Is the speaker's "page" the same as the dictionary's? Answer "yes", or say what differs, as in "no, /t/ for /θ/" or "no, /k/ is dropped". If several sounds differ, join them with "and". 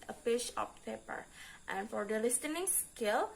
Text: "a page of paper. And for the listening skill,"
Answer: no, /ʃ/ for /dʒ/